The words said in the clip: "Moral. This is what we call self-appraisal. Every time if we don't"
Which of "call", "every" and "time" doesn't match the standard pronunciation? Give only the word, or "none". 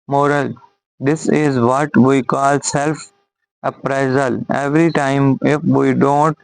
none